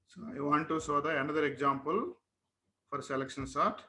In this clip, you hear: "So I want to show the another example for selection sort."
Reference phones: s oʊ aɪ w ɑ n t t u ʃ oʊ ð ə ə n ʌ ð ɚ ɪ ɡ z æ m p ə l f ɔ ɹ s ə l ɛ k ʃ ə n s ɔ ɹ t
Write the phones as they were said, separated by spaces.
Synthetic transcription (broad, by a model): s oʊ aɪ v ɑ n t t u s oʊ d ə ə n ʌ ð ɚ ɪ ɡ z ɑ m p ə l f ɔ ɹ s ə l ɛ k ʃ ə n s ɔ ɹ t